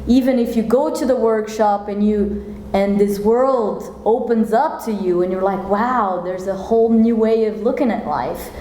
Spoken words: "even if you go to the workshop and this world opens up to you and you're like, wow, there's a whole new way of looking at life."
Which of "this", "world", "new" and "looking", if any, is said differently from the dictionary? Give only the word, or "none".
none